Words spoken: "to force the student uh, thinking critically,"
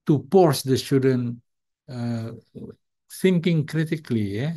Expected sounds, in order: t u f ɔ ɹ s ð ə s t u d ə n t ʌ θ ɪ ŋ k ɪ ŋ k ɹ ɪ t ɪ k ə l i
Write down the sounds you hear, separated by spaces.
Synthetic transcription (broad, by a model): t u p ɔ ɹ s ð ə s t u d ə n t ʌ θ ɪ ŋ k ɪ ŋ k ɹ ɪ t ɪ k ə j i